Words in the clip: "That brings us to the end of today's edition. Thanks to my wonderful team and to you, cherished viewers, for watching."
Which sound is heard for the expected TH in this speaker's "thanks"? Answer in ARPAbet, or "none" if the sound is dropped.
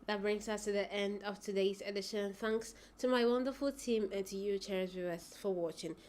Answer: TH